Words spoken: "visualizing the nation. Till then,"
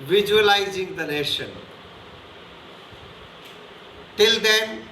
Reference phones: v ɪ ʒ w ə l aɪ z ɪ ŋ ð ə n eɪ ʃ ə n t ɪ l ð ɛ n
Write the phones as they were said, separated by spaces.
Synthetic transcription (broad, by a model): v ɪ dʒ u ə l aɪ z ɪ ŋ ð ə n eɪ ʃ ə n t ɪ l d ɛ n